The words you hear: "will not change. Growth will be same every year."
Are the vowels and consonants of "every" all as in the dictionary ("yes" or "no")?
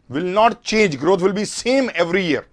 yes